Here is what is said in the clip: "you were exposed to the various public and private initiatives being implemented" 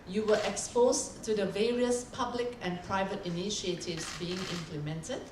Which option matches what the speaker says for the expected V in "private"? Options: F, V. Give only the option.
V